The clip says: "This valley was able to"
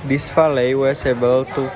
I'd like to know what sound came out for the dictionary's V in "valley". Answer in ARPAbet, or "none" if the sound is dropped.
F